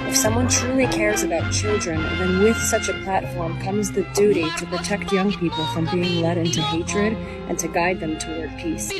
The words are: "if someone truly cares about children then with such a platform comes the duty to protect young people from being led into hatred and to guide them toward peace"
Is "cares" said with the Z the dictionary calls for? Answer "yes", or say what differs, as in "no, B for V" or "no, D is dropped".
yes